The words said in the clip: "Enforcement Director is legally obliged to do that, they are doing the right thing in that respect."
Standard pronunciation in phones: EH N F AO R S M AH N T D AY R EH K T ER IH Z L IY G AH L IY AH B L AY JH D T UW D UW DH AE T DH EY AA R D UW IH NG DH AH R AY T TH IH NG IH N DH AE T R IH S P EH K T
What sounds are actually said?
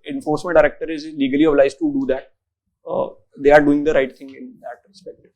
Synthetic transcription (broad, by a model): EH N F AO R S M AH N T D AY R EH K T ER IH Z L IY G AH L IY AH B L AY Z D T UW D UW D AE T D EY AA R D UW IH NG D AH R AY T T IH NG IH N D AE T R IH S P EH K T